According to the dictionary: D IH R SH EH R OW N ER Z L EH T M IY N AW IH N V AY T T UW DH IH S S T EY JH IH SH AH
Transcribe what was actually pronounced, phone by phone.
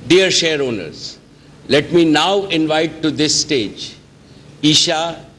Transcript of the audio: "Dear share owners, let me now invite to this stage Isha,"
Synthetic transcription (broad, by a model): D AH R SH EH R OW N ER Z L EH T M IY N AW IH N V AY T T UW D IH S S T EY JH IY SH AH